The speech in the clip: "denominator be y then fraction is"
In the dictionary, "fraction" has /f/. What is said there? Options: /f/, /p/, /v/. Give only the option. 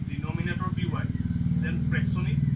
/p/